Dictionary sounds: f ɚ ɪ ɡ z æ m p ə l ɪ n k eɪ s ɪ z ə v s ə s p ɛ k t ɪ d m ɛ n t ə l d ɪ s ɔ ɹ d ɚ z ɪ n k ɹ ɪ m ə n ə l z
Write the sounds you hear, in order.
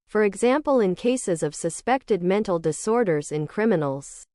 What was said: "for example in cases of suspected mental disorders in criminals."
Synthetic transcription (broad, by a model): f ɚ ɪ ɡ z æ m p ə l ɪ n k eɪ s ɪ z ə v s ə s p ɛ k t ɪ d m ɛ n t l d ɪ s ɔ ɹ d ɚ z ɪ n k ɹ ɪ m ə n l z